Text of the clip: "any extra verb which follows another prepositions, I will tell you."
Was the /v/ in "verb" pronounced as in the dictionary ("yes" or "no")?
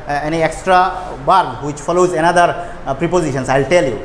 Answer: no